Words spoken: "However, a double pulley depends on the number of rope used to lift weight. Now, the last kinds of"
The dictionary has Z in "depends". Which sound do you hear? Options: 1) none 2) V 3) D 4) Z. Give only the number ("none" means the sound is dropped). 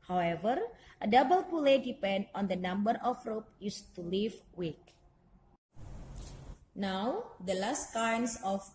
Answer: 1